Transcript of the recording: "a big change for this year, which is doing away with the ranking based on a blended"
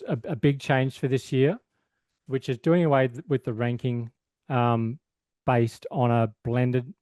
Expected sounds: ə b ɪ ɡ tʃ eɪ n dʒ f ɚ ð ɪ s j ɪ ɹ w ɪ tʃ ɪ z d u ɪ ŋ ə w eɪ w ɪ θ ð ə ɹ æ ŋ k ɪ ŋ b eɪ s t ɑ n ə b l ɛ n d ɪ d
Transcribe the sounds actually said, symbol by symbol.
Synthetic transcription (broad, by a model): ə b ɪ ɡ tʃ eɪ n ʒ f ɚ ð ɪ s j ɪ ɹ w ɪ tʃ ɪ z d u ɪ ŋ ə w eɪ w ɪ ð ə ɹ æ ŋ k ɪ ŋ b eɪ s t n ə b l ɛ n d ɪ d